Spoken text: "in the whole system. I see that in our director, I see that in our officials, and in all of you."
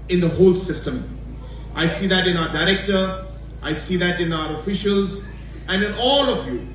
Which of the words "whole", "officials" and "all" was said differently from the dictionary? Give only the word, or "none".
none